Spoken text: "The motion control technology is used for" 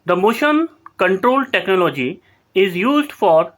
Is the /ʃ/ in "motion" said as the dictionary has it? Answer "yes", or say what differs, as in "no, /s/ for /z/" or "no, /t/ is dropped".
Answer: yes